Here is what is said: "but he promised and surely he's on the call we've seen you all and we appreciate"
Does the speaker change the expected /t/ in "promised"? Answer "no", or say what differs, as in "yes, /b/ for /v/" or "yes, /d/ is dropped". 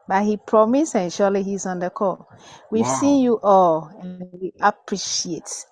yes, /t/ is dropped